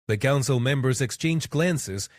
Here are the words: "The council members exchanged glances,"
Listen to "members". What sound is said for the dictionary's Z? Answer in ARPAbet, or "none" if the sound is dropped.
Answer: Z